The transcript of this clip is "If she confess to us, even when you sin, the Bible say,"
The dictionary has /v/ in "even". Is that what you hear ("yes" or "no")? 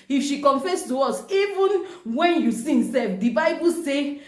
yes